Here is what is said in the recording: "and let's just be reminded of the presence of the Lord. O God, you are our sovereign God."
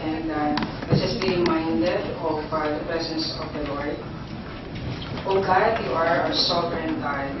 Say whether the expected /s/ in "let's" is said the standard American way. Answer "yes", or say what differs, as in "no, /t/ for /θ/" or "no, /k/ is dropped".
no, /s/ is dropped